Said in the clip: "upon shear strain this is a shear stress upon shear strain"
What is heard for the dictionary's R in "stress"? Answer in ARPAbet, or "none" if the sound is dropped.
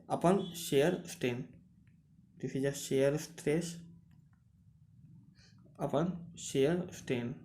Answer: R